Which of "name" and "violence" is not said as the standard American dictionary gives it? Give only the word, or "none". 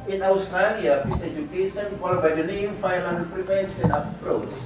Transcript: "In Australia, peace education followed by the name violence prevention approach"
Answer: violence